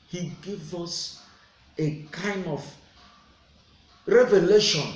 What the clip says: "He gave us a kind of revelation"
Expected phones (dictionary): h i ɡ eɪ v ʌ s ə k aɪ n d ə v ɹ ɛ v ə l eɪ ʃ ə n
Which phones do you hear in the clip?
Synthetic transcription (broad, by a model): h i ɡ eɪ v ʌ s ə k aɪ n d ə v ɹ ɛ v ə l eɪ ʃ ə n